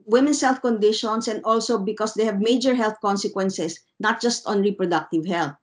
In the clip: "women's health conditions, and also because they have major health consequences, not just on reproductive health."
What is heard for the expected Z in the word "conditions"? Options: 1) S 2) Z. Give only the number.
1